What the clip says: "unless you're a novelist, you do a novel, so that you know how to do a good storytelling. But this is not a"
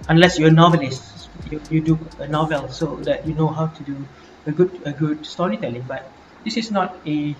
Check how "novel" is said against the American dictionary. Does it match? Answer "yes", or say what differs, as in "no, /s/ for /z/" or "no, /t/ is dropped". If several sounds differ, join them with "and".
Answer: yes